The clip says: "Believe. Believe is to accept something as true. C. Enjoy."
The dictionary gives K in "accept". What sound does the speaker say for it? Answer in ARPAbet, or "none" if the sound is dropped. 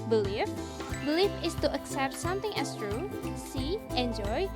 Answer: K